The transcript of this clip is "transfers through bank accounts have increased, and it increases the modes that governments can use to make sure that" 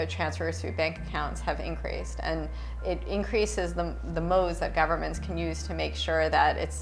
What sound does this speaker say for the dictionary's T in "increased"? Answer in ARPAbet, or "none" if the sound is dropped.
T